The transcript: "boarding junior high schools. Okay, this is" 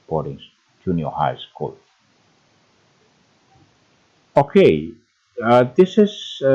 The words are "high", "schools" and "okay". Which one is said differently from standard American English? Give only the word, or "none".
schools